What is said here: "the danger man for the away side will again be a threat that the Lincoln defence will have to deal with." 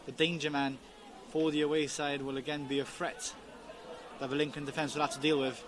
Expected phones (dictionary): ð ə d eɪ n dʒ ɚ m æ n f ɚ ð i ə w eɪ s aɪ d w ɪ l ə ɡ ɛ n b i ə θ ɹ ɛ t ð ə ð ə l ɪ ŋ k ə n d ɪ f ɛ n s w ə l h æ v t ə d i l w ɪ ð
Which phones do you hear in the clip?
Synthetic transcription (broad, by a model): ð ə d eɪ n dʒ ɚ m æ n f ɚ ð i ə w eɪ s aɪ d w ɪ l ə ɡ ɛ n b i ə f ɹ ɛ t ð ə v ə l ɪ ŋ k ə n d ɪ f ɛ n s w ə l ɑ t ə d i l w ɪ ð